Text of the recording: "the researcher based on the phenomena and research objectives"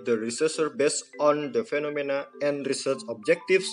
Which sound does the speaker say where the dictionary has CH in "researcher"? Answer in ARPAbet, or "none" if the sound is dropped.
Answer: S